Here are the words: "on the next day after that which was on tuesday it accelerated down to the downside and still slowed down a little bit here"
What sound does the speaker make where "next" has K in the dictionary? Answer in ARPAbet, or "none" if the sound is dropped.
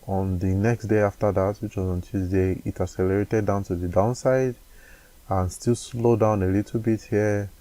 K